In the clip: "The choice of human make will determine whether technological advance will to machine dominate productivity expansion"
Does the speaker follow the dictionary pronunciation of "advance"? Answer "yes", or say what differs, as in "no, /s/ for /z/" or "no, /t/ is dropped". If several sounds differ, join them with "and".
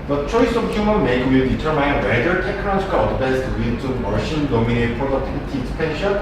no, /b/ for /v/